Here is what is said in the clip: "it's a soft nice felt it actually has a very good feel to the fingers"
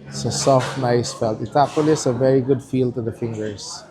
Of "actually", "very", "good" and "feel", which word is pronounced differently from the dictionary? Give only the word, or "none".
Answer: actually